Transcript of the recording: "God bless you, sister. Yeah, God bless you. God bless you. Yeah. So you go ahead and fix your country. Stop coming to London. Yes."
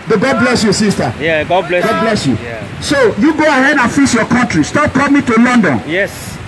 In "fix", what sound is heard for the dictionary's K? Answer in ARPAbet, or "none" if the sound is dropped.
none